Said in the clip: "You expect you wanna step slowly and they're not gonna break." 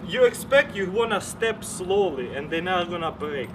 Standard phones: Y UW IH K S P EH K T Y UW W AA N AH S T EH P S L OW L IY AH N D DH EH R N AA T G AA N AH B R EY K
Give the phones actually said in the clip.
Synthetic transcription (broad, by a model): Y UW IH K S P EH K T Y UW W AA N AH S T EH P S L OW L IY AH N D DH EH N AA G AA N AH B R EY K